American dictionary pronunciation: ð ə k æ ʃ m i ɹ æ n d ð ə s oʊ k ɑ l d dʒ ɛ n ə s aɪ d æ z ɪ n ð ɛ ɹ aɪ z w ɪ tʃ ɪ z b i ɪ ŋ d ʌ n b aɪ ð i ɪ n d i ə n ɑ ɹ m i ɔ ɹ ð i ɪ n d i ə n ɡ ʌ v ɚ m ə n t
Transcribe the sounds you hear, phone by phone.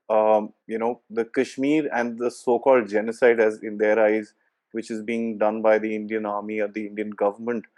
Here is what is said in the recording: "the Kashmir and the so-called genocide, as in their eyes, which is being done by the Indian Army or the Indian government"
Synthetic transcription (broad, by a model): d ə k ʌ ʃ m i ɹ æ n d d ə s oʊ k ɑ l d dʒ ɛ n ə s aɪ d æ z ɪ n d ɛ ɹ aɪ z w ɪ tʃ ɪ z b i ɪ ŋ d ʌ n b aɪ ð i ɪ n d i ə n ɑ ɹ m i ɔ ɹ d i ɪ n d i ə n ɡ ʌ v ɚ m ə n t